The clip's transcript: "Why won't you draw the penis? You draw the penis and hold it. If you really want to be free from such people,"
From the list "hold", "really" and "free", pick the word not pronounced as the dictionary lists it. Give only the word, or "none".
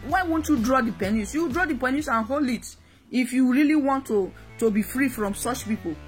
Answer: hold